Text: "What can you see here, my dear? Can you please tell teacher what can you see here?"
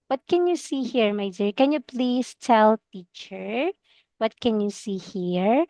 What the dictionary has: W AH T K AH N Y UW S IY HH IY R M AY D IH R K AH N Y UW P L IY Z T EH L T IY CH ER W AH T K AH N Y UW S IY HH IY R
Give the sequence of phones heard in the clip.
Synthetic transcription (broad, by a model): W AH T K AH N Y UW S IY HH IY R M AY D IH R K AH N Y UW P L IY S T EH L T IY CH ER W AH T K AH N Y UW S IY HH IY R